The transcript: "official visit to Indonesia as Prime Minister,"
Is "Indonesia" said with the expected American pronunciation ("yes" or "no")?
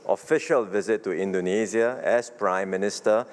no